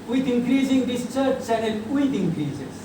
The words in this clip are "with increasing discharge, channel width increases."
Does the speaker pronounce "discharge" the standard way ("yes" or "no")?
no